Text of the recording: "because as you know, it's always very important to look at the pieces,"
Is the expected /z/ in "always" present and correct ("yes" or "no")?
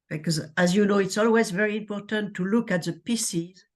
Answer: yes